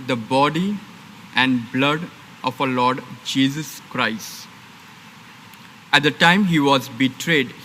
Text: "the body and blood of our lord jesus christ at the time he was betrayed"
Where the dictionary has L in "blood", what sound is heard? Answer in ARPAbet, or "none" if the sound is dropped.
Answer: L